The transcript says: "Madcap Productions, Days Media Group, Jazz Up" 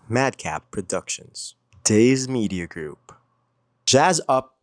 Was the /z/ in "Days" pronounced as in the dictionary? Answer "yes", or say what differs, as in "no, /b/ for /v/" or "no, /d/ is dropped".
yes